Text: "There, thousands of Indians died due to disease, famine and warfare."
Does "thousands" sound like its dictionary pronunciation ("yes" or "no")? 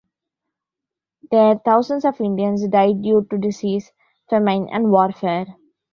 no